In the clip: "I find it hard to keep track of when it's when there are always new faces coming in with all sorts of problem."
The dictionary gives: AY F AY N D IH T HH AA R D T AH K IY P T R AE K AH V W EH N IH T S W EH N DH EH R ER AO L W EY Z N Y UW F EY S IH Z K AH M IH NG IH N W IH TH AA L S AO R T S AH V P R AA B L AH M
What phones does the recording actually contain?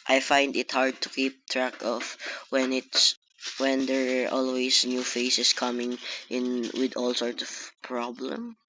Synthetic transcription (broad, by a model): AY F AY N D IH T HH AA R D T AH K IY P T R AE K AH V W EH N IH T S W EH N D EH R AO L W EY S N Y UW F EY S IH S K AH M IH NG IH N W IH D AA L S AO R T S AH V P R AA B L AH M